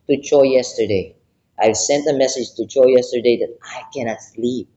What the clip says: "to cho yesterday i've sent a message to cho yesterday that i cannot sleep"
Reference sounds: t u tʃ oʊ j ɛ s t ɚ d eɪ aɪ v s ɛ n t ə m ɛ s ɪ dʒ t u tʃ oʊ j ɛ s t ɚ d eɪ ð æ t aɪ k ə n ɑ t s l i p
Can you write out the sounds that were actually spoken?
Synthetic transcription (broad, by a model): t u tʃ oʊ j ɛ s t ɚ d eɪ aɪ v s ɛ n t ə m ɛ s ɪ dʒ t u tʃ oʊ j ɛ s t ɚ d eɪ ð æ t aɪ k ə n ɑ t s l i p